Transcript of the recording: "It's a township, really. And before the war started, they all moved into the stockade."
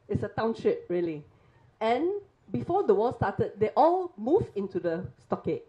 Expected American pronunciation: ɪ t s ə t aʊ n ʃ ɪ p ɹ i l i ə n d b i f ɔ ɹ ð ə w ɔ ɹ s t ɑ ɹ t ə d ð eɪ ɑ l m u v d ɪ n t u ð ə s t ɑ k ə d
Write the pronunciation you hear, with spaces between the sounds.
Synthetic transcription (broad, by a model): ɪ t s ə t aʊ n ʃ ɪ p ɹ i l i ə n b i f ɔ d ə w ɔ l s t ɑ t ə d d eɪ ɑ l m u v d ɪ n t u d ə s t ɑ k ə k